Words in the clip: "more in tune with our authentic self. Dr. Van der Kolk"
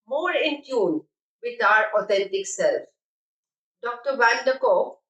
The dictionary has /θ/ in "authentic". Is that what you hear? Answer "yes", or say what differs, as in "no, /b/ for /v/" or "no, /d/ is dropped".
no, /t/ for /θ/